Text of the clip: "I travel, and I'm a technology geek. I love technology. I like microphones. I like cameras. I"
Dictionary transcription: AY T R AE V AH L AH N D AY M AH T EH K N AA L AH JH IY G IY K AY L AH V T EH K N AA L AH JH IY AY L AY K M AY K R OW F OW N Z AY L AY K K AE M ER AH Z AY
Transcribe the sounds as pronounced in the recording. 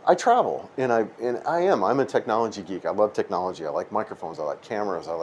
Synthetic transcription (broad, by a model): AY T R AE V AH N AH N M AY M AH T EH K N AA L AH JH IY G IY K AY L AH V T EH K N AA L AH JH IY AY L AY K M AY K R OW F OW N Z AY L AY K K AE M ER AH Z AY